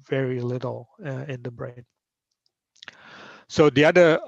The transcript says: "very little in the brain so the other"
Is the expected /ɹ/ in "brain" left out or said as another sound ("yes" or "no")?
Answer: no